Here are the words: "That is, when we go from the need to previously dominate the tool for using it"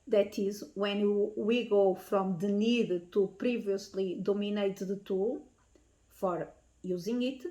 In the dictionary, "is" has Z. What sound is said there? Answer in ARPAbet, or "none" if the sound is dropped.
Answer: Z